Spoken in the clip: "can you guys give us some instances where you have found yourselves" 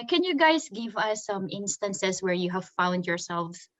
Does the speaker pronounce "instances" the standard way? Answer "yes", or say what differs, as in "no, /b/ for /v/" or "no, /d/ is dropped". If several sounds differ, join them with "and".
no, /s/ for /z/